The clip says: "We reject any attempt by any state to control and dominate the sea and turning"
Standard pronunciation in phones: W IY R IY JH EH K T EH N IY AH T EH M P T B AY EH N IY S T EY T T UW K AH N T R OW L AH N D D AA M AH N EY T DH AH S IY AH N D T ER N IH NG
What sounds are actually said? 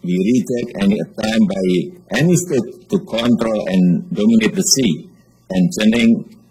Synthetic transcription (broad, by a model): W IY R IY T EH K EH N IY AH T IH M B AY EH N IY S T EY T T UW K AH N T R OW L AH N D D AA M AH N EY T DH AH S IY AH N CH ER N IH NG